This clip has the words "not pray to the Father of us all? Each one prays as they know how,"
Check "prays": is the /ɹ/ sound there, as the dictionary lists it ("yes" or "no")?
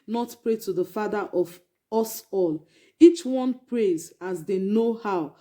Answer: yes